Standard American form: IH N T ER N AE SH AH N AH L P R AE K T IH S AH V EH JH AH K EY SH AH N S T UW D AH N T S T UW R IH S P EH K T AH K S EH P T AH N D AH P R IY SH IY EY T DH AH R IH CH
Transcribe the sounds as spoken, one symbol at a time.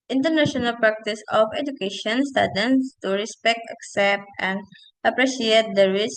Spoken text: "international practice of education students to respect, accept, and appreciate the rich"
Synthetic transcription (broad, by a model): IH N T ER N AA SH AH N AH L P R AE K T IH S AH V EH JH AH K EY SH AH N S T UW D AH N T S T UW R IH S P EH K T AH K S EH P T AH N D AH P R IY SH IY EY T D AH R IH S